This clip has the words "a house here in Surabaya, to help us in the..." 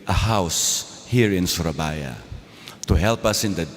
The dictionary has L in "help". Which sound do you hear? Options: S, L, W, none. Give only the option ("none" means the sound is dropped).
L